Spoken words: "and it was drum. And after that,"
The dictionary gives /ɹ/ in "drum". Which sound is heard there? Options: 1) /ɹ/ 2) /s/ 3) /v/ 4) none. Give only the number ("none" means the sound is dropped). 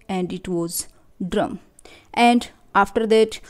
1